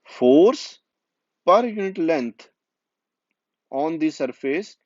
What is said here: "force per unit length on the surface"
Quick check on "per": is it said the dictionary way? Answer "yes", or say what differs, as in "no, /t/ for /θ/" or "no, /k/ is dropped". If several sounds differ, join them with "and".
yes